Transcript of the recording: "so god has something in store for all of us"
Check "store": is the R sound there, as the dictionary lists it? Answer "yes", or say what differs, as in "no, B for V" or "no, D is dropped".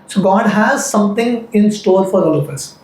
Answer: no, L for R